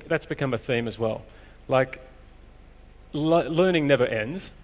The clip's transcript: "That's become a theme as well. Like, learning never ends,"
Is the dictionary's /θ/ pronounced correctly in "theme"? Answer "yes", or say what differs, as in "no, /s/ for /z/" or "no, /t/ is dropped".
yes